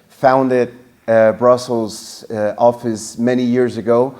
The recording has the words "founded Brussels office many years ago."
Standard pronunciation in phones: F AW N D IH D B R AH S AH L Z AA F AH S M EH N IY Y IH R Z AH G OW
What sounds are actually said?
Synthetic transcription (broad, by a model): F AW N D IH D B R AH S L Z AA F AH S M EH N IY Y IH R Z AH G OW